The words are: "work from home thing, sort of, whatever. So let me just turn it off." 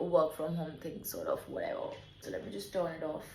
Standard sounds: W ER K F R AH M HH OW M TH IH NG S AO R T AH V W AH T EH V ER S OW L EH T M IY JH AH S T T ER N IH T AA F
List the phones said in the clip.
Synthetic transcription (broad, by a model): W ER K F R AH M HH OW M TH IH NG S AO R T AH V W AH T EH V ER S OW L EH T M IY JH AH S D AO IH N IH T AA F